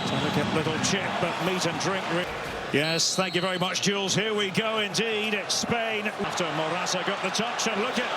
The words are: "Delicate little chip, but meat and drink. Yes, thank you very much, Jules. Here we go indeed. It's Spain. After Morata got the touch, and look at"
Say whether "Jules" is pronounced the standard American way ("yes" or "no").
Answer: yes